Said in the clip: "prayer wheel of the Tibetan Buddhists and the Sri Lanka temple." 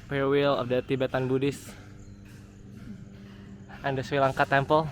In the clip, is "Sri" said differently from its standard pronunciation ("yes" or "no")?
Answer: yes